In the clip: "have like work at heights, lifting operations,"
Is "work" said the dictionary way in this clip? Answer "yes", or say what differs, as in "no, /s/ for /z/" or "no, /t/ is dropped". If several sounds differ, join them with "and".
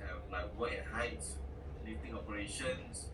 no, /k/ is dropped